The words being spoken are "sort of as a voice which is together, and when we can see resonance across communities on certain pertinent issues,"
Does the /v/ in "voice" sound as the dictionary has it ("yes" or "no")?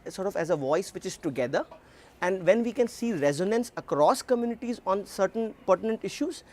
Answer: yes